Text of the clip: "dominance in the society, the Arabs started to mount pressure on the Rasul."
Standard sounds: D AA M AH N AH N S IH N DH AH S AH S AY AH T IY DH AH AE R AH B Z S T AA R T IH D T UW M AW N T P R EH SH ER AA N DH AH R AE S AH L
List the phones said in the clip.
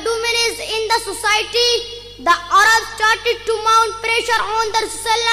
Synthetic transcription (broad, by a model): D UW M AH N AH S IH N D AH S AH S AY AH T IY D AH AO R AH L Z S T AA R T IH D T UW M AW N T P R EH SH ER AA N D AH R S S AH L